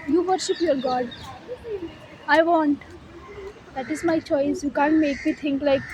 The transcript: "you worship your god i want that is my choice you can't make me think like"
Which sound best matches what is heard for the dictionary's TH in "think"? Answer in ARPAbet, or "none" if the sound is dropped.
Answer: T